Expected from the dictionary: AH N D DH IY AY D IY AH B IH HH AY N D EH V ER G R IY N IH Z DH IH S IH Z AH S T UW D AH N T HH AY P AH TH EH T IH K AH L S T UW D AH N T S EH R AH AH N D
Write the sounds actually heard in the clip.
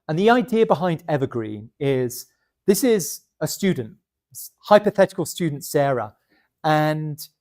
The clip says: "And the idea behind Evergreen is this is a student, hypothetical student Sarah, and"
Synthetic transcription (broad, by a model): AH N DH IY AY D IY AH B IH HH AY N D EH V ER G R IY N IH Z DH IH S IH Z AH S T UW D N T HH AY P AH TH EH T IH K AH L S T UW D N T S EH R AH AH N